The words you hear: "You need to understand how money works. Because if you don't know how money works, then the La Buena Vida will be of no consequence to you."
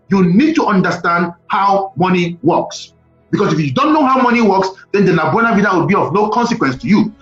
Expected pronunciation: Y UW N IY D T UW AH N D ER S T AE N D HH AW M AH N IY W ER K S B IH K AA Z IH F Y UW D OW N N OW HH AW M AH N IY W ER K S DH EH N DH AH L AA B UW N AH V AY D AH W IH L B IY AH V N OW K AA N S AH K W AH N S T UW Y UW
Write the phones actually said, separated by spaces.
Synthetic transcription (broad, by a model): Y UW N IY D T UW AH N D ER S T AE N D HH AW M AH N IY W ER K S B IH K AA S IH F Y UW D OW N N OW HH AW M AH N IY W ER K S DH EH N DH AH N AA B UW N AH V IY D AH W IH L B IY AH V N OW K AA N S AH K W AH N S T UW Y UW